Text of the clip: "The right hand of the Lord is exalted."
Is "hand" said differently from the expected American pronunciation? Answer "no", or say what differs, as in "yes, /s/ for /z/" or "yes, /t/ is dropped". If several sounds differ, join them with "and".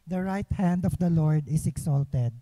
no